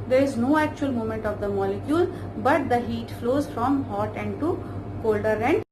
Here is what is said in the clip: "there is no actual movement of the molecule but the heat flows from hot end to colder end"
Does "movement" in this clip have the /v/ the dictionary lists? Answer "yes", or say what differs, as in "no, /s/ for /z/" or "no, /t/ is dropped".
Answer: no, /v/ is dropped